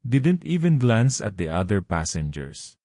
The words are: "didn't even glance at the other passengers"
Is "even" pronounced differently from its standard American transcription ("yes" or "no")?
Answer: no